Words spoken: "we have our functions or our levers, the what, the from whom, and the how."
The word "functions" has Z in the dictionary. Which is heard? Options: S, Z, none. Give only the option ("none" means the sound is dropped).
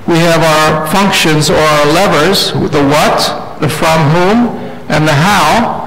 Z